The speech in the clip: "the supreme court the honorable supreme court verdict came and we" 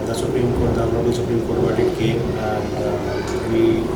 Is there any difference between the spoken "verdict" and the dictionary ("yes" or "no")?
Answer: yes